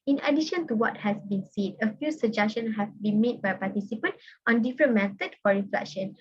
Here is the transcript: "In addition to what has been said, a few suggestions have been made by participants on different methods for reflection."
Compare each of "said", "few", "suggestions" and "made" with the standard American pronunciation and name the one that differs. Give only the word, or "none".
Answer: suggestions